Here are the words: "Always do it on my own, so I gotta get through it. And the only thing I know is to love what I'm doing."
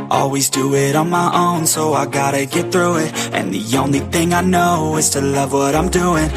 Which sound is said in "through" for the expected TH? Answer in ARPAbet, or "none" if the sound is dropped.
TH